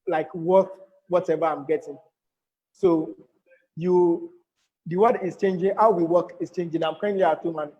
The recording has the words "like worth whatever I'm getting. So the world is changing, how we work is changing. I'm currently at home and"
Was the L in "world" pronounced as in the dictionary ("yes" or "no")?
no